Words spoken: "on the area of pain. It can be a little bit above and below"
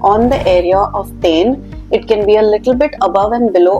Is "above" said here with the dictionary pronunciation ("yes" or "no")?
yes